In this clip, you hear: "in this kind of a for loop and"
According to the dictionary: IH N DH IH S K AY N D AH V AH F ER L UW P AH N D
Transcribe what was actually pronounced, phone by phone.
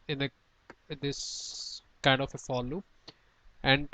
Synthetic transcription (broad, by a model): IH N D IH S K AY N D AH F AH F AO L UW AH N D